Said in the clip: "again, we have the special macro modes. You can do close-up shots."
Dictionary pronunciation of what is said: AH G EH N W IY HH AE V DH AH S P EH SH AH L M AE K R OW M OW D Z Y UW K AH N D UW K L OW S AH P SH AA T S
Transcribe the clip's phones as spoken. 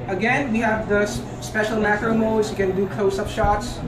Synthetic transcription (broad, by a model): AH G EH N W IY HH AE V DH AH S P EH SH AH L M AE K R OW M OW D Z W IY K AH N D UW K OW S AH P SH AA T S